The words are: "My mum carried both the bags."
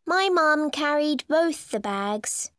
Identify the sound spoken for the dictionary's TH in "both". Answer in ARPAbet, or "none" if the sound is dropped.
TH